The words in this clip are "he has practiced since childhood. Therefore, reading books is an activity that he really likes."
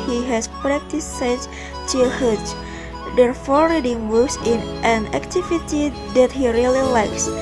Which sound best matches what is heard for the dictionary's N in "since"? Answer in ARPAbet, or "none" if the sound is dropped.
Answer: none